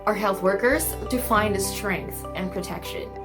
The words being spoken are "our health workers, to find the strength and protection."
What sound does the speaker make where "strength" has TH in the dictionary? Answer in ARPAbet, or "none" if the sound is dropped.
TH